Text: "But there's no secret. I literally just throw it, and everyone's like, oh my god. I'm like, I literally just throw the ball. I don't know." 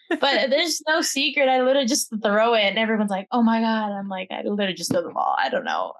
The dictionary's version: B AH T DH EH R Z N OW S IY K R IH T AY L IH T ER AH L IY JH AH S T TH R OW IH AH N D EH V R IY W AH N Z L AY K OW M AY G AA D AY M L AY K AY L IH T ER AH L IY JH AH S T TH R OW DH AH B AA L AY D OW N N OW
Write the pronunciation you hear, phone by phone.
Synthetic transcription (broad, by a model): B AH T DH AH R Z N OW S IY K R IH T AY L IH T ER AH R JH AH S TH R OW IH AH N EH V R IY W AH N Z L AY K OW M AY G AA D AY M L AY K AY L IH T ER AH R JH AH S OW DH AH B AA L AY D OW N N OW